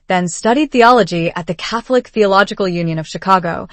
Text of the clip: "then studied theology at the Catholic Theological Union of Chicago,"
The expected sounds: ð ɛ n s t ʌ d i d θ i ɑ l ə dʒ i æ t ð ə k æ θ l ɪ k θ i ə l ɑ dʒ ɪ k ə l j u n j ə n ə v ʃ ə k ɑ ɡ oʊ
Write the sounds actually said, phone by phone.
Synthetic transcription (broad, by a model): ð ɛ n s t ʌ d i d θ i ɑ l ə dʒ i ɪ t ð ə k æ θ l ɪ k θ i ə l ɑ dʒ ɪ k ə l j u n j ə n ə v ʃ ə k ɑ ɡ oʊ